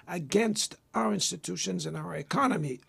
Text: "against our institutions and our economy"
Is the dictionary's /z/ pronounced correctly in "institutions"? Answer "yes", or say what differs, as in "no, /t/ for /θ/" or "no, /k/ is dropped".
yes